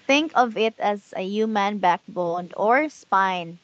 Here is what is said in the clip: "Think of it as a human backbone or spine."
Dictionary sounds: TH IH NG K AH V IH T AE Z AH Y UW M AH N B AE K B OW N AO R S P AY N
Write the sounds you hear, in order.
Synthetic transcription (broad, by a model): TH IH NG K AH V IH T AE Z AH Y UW M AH N B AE K B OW N AO R S P AY N